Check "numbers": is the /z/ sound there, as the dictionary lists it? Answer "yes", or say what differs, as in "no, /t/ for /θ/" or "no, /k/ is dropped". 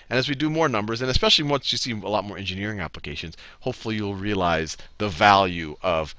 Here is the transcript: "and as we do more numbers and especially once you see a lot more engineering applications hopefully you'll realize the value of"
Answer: yes